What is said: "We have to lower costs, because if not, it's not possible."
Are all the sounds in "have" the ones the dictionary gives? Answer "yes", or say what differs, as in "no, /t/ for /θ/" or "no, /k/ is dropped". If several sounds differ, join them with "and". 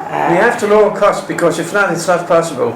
no, /f/ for /v/